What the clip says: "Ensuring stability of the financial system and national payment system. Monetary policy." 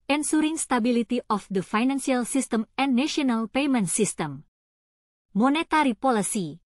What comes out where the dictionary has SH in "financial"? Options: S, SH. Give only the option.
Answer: S